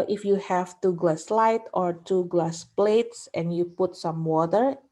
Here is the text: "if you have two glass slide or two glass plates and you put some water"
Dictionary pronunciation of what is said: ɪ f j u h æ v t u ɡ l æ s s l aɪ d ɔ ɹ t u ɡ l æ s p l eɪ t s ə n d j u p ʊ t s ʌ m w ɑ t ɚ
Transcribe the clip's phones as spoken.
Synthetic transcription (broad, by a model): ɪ f j u h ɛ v t u ɡ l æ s s l aɪ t ɔ ɹ t u ɡ l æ s p l eɪ t s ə n j u p ʊ t s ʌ m w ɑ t ɚ